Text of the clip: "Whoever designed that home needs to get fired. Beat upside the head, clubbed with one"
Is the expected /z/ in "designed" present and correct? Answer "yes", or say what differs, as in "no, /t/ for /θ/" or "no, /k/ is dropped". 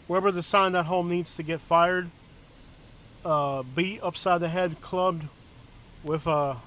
no, /s/ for /z/